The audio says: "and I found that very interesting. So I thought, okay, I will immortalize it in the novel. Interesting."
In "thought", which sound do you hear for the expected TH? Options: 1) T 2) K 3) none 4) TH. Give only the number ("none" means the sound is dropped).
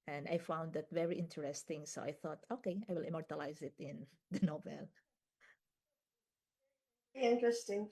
4